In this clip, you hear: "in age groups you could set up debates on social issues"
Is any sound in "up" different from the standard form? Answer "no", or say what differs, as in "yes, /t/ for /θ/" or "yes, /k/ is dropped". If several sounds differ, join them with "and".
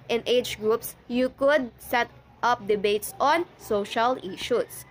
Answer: no